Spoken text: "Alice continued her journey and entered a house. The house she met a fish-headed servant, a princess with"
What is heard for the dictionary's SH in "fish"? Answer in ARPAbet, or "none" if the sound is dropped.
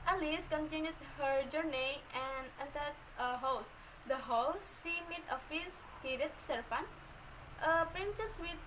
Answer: S